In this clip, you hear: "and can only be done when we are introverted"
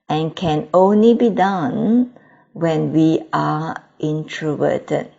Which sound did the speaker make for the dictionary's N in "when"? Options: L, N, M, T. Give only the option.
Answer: N